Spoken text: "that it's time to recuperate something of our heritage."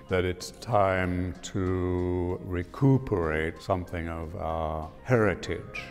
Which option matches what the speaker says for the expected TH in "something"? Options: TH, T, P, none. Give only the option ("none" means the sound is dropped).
TH